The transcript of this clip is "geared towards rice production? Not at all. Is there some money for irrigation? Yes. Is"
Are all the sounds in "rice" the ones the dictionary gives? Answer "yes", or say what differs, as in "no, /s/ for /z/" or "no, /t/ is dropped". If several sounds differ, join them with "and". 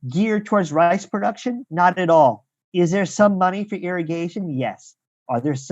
yes